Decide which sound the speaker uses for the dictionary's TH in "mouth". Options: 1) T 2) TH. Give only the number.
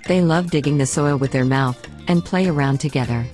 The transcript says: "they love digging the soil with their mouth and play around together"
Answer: 2